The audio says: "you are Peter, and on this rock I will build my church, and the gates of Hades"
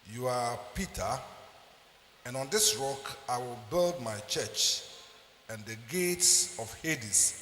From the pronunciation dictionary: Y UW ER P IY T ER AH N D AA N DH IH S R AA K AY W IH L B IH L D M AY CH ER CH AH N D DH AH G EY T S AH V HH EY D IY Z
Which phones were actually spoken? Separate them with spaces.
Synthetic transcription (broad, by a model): Y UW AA P IY T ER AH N AA N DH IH S R AA K AY W IH L B IH L D M AY CH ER CH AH N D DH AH G EY T S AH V HH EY D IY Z